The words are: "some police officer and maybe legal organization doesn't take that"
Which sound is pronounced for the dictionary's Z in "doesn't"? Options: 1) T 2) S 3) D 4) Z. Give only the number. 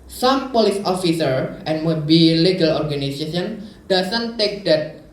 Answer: 2